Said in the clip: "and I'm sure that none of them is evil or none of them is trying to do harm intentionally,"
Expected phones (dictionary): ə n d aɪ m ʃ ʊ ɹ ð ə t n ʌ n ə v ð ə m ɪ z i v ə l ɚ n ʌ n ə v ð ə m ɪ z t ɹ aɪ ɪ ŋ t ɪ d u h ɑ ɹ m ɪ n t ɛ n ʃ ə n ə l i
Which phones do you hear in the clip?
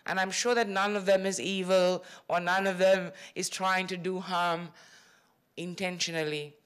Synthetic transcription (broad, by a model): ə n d aɪ m ʃ ʊ ɹ ð ə t n ʌ n ə v ð ə m ɪ z i v ə l ɚ n ʌ n ə v ð ə m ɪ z t ɹ aɪ ɪ ŋ t ɪ d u h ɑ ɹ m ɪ n t ɛ n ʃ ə n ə l i